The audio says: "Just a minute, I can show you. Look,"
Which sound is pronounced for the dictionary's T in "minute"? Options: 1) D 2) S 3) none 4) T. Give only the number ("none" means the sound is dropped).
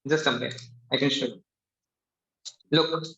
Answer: 3